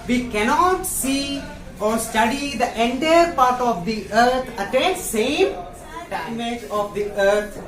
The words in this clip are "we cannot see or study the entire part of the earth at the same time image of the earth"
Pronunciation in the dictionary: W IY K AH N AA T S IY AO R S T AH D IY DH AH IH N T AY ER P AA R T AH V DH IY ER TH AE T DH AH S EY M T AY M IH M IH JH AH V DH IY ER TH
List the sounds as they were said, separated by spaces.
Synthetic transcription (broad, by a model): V IY K AH N AA T S IY AO R S T AH D IY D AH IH N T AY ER P AA R T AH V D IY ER T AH T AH S EY M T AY IH M IH JH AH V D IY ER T